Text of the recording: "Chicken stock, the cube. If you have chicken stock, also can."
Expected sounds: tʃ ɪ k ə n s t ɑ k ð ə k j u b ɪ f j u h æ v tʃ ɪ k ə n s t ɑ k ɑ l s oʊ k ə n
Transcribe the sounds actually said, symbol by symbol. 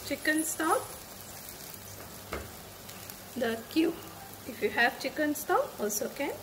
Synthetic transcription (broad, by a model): tʃ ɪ k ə n s t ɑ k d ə k j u ɪ f j u h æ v tʃ ɪ k ə n s t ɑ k ɑ l s oʊ k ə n